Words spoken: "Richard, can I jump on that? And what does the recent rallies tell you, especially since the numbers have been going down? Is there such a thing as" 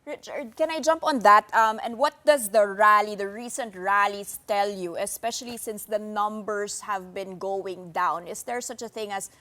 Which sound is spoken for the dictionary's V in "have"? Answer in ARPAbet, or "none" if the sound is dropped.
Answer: V